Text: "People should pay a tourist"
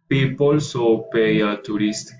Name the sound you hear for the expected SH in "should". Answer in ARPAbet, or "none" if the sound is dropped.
S